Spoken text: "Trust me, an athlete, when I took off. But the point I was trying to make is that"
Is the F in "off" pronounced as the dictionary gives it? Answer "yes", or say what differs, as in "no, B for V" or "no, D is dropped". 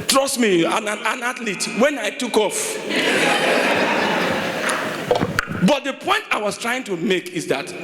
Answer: yes